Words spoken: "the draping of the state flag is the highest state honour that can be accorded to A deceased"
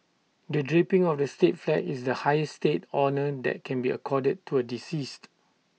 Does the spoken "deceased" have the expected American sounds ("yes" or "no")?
yes